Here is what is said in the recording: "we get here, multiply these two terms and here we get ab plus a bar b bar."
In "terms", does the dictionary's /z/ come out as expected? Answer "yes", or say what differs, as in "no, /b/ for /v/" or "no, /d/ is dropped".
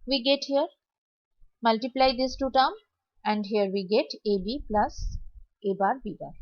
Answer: no, /z/ is dropped